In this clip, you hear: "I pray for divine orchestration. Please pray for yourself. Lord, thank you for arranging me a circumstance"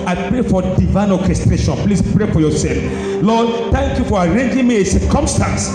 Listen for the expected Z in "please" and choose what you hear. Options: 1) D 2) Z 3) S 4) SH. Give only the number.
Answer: 3